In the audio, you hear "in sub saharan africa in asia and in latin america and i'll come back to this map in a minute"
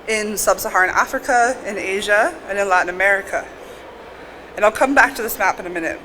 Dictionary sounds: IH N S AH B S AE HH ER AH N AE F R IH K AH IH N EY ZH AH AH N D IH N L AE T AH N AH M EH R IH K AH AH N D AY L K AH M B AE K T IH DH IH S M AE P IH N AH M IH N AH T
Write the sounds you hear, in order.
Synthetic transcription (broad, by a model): IH N S AH B S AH HH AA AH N AE F R IH K AH IH N EY ZH AH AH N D IH N L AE T N AH M EH R IH K AH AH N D AY L K AH M B AE K T IH DH IH S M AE P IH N AH M IH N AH T